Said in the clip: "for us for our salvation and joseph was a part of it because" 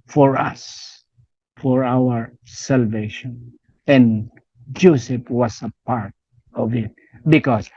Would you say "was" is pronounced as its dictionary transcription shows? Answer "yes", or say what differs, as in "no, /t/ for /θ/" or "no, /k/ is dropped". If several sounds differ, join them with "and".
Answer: no, /s/ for /z/